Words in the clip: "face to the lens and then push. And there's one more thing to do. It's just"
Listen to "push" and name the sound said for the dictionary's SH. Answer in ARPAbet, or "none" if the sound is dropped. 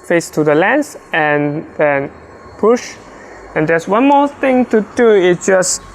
SH